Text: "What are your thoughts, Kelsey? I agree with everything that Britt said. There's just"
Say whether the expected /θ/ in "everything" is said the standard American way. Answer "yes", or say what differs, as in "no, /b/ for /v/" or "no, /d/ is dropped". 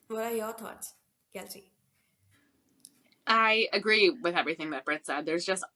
yes